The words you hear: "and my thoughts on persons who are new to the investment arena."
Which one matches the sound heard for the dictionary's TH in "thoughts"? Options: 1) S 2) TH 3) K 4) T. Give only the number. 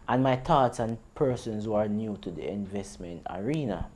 4